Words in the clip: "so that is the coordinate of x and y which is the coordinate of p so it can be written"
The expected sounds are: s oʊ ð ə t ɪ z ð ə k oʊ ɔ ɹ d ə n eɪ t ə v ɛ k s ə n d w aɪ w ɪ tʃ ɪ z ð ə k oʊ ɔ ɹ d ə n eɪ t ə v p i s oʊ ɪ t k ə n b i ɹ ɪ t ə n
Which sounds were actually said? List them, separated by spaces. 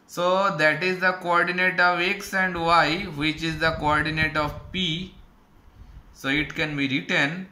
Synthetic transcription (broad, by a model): s oʊ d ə t ɪ z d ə k oʊ ɔ ɹ d ə n eɪ t ə v ɛ k s ə n d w aɪ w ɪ tʃ ɪ z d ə k oʊ ɔ ɹ d ə n eɪ t ə v p i s oʊ ɪ t k ə n b i ɹ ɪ t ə n